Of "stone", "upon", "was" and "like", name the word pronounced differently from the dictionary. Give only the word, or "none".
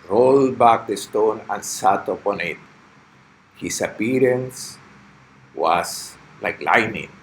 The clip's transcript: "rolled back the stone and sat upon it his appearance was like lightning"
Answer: was